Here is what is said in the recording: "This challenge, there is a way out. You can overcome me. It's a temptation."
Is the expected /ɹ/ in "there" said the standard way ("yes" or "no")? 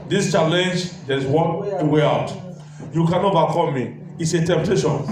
no